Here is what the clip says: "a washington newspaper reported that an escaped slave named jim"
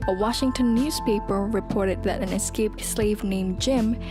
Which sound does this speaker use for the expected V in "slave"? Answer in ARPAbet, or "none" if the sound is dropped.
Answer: V